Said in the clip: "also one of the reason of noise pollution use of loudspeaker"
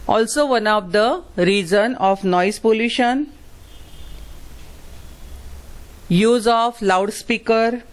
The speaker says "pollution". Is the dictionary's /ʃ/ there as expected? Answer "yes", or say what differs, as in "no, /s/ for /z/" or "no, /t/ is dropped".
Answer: yes